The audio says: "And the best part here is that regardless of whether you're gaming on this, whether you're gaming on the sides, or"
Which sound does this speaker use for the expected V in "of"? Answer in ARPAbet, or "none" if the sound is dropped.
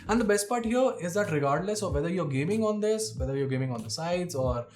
V